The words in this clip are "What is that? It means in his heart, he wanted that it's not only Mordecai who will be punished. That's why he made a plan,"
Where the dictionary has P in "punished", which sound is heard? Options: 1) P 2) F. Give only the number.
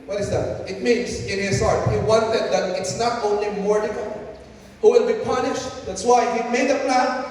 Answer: 1